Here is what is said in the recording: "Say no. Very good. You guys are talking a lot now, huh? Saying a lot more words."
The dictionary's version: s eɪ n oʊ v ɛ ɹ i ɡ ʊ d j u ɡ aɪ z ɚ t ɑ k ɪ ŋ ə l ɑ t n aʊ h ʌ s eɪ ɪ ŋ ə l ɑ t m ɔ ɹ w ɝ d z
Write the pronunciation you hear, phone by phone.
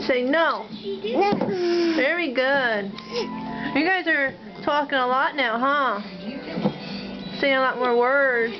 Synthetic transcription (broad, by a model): s eɪ n oʊ v ɛ ɹ i ɡ ʊ d j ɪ ɡ aɪ z ɚ t ɑ k ɪ ŋ ə l ɑ t n aʊ h ʌ s eɪ ɪ ŋ ə l ɑ t m ɔ ɹ w ɝ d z